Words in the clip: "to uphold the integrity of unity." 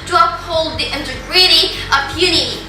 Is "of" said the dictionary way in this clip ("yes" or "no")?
no